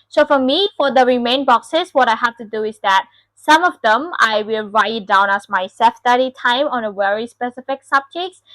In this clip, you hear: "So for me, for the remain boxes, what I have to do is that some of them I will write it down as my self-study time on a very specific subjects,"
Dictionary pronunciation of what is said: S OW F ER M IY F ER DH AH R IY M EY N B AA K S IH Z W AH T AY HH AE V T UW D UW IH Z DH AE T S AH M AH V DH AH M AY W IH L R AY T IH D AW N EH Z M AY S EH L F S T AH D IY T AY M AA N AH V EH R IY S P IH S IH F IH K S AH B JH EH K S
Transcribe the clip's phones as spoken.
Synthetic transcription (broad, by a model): S OW F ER M IY F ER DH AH R IY M EY N B AA K S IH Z W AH T AY HH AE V T UW D UW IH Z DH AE T S AH M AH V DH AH M AY W IH L R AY IH D AW N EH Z M AY S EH F S T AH D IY T AY M AA N AH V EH R IY S P IH S IH F IH K S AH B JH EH K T